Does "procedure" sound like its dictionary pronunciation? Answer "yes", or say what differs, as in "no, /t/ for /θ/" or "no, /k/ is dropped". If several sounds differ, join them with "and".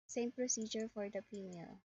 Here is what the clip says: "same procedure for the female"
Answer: yes